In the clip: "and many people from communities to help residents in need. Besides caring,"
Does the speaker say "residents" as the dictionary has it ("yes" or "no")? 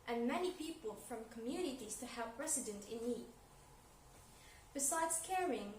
no